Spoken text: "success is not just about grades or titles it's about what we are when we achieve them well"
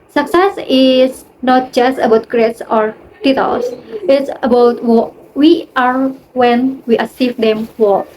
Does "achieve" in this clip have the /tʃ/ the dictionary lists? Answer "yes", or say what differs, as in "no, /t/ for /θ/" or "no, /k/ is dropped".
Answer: no, /s/ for /tʃ/